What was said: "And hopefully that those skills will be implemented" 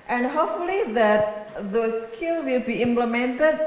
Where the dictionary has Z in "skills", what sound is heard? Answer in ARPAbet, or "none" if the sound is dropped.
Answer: none